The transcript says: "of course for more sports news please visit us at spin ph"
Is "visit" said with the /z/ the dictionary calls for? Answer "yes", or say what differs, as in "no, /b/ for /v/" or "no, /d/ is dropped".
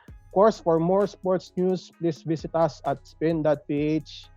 no, /s/ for /z/